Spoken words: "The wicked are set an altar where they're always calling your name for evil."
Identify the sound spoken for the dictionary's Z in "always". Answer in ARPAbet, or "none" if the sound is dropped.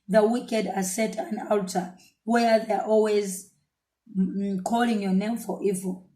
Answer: Z